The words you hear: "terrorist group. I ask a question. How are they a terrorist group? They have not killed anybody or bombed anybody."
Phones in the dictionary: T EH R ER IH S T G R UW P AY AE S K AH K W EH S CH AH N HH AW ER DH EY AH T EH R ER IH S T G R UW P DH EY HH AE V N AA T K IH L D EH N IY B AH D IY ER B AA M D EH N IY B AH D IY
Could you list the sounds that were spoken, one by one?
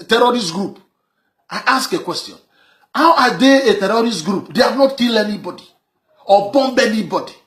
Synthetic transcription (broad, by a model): T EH R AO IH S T G R UW P AY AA S K AH K W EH S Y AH N HH AW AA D EY AH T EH R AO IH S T G R UW P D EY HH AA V N AA T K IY L EH N IY B AH D IY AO B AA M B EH N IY B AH D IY